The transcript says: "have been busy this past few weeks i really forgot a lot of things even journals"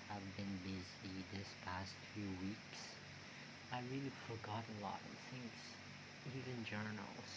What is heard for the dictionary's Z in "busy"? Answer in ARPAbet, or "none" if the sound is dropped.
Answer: Z